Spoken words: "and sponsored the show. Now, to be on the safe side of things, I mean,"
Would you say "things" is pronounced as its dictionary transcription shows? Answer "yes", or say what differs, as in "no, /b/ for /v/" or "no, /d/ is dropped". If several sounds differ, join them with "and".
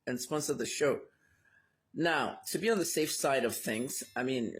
yes